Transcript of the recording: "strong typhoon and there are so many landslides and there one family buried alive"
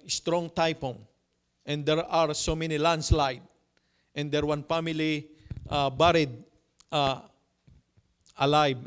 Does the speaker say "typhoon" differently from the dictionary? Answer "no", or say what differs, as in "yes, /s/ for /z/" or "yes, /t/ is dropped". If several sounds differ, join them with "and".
yes, /p/ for /f/